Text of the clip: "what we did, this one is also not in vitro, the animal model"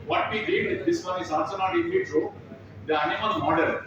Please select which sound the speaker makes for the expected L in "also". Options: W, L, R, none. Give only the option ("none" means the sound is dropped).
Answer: none